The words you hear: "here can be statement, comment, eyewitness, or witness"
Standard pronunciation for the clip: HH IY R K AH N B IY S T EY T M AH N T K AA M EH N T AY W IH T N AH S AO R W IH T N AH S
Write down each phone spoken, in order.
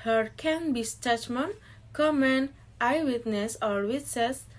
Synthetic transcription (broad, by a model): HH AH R K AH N B IY S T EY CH M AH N K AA M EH N AY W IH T N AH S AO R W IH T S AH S